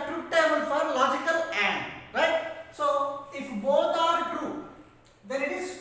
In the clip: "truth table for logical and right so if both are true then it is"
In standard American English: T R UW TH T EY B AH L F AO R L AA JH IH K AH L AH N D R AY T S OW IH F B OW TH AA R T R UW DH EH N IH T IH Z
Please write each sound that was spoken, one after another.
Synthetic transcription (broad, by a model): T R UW T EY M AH N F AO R L AA JH IH K AH L AH N D R AY T S OW IH F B OW T AA R T R UW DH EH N IH T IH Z